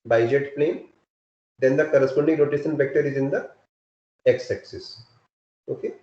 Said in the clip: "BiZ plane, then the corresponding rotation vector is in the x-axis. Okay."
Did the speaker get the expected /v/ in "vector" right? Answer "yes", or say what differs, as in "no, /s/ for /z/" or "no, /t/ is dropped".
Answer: no, /f/ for /v/